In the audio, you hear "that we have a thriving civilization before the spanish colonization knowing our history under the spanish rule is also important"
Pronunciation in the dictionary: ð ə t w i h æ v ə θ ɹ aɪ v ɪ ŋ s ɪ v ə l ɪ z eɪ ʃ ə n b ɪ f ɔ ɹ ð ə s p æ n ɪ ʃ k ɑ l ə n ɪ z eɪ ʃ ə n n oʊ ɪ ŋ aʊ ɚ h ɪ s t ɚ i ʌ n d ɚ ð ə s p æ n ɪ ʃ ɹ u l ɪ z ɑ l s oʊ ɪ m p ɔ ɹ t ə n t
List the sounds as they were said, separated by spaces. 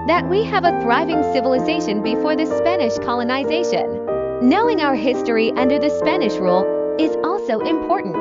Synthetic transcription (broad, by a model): ð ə t w i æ v ə θ ɹ aɪ v ɪ ŋ s ɪ v ə l ɪ z eɪ ʃ ə n b ɪ f ɔ ɹ ð ə s p æ n ɪ ʃ k ɑ l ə n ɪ z eɪ ʃ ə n n oʊ ɪ ŋ aʊ ɚ h ɪ s t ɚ i ʌ n d ɚ ð ə s p æ n ɪ ʃ ɹ u l ɪ z ɑ l s oʊ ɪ m p ɔ ɹ t n t